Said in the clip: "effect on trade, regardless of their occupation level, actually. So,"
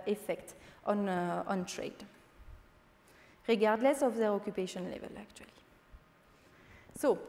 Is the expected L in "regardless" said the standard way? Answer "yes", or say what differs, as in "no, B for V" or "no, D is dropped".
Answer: yes